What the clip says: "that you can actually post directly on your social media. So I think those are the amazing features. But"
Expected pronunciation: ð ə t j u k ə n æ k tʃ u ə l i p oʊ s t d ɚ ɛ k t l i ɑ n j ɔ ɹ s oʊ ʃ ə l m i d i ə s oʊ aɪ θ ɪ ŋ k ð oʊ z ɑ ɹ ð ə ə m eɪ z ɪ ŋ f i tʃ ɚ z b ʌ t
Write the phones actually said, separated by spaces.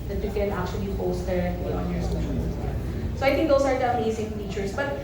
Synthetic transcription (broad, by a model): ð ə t j u k ə n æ k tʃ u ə l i p oʊ s t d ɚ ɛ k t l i ɑ n j ɔ ɹ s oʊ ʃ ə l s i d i s oʊ aɪ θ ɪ ŋ k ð oʊ s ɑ ɹ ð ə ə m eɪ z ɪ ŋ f i tʃ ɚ s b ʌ t